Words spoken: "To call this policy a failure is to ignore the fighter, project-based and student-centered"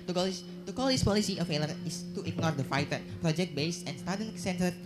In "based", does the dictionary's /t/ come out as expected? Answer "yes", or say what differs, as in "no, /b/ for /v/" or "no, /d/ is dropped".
no, /t/ is dropped